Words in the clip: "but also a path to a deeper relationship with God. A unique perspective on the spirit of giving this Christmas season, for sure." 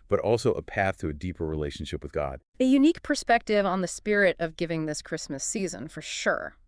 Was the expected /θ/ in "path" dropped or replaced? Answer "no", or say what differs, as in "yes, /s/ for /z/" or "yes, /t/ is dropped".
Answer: no